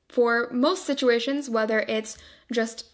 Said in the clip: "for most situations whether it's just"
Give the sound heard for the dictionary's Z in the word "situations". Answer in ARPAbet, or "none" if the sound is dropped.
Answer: Z